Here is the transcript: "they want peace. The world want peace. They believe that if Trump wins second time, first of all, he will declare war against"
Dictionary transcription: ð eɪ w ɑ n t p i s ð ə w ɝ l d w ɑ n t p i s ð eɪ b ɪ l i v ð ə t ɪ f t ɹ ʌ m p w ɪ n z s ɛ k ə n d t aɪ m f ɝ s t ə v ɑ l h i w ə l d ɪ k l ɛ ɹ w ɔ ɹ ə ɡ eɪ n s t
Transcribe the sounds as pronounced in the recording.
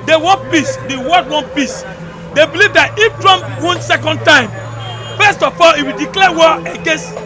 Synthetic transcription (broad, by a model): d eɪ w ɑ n p i s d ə w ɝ d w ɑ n p i s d eɪ b ɪ l i v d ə t ɪ f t ɹ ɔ m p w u n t s ɛ k ə n d t aɪ m f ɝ s t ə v ɑ l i w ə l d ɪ k l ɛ w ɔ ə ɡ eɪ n s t